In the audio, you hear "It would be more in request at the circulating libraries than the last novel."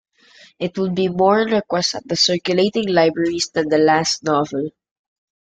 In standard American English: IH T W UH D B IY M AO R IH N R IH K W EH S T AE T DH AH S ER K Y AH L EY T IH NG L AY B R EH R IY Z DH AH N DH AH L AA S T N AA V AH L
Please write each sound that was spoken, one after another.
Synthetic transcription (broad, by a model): IH T W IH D B IY M AO R IH N R IH K W EH S T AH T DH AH S ER K Y AH L EY T IH NG L AY B R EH R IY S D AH N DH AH L AA S T N AA V AH L